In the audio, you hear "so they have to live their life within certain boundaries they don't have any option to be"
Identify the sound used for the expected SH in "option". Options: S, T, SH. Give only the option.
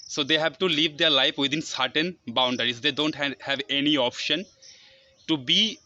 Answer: SH